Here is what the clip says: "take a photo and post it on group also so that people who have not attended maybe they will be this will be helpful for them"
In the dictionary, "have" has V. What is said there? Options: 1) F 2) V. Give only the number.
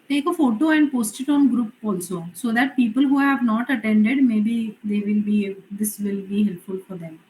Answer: 2